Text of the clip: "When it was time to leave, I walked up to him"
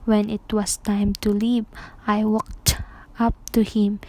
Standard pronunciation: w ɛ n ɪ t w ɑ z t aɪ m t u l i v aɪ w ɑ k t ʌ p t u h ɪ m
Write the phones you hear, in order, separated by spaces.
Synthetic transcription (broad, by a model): w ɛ n ɪ t w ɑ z t aɪ m t u l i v aɪ w ɑ k t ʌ p t u h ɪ m